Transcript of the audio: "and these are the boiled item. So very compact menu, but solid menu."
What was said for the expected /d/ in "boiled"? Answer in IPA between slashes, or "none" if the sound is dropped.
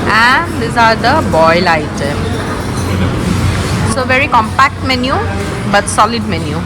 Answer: none